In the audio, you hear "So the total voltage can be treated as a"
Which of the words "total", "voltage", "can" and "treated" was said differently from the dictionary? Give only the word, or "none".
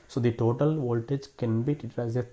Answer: treated